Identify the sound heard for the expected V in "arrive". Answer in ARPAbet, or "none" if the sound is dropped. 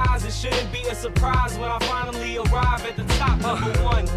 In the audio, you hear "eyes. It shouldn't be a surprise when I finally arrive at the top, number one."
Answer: V